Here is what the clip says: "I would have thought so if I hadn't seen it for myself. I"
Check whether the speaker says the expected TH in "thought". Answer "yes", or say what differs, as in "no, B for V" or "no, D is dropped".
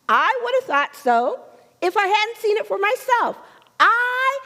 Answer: yes